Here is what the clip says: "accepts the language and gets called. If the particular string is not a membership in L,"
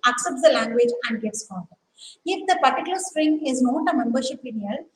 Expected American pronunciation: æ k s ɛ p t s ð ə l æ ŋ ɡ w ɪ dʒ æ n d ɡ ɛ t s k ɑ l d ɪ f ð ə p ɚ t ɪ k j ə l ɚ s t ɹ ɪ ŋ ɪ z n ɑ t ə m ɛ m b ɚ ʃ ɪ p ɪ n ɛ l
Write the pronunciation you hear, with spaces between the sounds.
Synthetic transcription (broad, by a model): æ k s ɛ p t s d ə l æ ŋ ɡ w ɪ dʒ æ n d ɡ ɛ t s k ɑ n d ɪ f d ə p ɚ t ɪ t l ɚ s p ɹ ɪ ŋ ɪ z n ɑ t ə m ɛ m b ɚ ʃ ɪ p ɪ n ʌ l